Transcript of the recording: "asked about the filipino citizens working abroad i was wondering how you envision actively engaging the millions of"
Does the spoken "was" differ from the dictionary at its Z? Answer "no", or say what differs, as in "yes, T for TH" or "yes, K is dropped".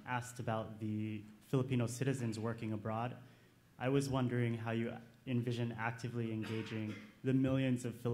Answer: no